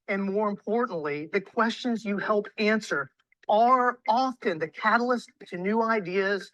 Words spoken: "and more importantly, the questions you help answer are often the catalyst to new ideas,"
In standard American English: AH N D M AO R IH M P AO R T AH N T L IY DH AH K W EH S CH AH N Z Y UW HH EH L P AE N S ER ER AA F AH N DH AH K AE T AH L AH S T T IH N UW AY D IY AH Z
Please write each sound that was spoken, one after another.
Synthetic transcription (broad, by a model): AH N M AO R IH M P AO R T N T L IY DH AH K W EH S CH AH N Z Y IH HH EH L P AE N S ER ER AA F AH N DH AH K AE T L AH S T T IH N UW AY D IY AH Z